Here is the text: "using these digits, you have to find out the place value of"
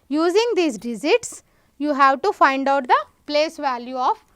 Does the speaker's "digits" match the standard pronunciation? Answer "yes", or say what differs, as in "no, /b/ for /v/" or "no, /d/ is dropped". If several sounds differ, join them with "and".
no, /z/ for /dʒ/